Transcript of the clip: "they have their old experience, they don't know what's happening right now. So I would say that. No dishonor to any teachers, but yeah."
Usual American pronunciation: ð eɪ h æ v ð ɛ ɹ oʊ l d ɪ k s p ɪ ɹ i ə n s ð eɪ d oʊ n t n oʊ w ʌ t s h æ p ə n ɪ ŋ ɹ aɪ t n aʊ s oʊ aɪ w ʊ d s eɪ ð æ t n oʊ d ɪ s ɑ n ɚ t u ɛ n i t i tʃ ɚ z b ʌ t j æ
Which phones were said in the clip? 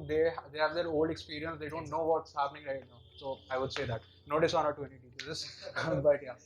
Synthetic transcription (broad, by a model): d eɪ h æ v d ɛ ɹ oʊ l d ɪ k s p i ɹ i ə n s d eɪ d oʊ n t n oʊ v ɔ t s h æ p ə n ɪ ŋ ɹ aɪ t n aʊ s oʊ aɪ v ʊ d s eɪ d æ t n oʊ d ɪ s ɑ n ɚ t u ɛ n i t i s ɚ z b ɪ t j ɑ